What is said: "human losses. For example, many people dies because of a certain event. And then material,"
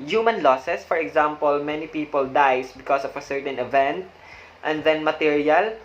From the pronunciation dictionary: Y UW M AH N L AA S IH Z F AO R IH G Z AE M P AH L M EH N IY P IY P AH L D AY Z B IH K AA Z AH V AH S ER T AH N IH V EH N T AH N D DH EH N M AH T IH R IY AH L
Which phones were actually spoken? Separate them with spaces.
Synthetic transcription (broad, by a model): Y UW M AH N L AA S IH S F AO R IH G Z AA M P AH L M EH N IY P IY P AH L D AY S B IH K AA S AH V AH S ER T AH N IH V EH N T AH N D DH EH N M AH T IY R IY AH L